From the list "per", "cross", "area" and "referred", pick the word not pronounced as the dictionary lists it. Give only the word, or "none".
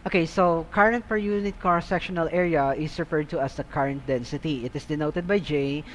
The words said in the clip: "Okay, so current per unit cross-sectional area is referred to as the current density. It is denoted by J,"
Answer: cross